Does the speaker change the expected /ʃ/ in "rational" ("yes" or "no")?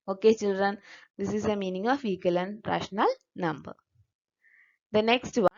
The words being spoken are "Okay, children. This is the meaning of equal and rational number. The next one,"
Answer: no